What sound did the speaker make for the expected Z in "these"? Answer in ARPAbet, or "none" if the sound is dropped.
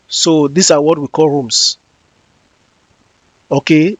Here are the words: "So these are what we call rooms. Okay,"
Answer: S